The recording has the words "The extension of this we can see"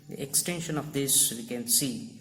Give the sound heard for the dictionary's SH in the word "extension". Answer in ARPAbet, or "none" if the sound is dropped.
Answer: SH